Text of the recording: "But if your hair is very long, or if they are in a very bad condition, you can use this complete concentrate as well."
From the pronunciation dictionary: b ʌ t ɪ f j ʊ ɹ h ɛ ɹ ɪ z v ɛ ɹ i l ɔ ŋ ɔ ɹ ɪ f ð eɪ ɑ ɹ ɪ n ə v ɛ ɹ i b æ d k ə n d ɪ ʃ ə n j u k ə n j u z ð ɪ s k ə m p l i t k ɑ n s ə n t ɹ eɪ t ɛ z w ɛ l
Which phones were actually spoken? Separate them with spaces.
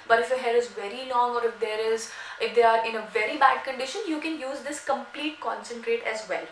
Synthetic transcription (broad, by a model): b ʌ t ɪ f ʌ h ɛ ɹ ɪ z v ɛ ɹ i l ɔ ŋ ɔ ɹ ɪ f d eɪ ɑ ɹ ɪ n ə v ɛ ɹ i b æ d k ə n d ɪ ʃ ə n j u k ə n j u z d ɪ s k ə m p l i t k ɑ n s ə n t ɹ eɪ t ɛ z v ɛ l